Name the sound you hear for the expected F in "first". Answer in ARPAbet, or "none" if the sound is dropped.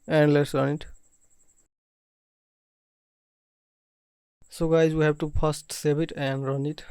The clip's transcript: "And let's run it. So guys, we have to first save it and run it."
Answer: P